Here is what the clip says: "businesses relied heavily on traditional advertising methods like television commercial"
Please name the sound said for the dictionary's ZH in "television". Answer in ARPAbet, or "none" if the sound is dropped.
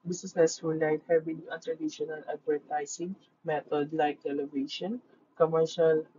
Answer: SH